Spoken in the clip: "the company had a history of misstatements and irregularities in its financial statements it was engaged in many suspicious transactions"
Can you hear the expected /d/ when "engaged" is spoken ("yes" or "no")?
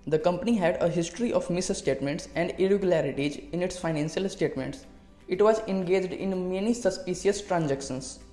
yes